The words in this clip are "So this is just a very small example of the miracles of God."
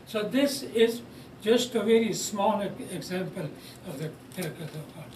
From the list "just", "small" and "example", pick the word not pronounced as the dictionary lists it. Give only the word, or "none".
none